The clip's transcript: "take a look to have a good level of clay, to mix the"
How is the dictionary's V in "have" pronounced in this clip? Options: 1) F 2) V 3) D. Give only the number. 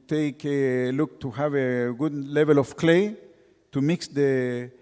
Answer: 2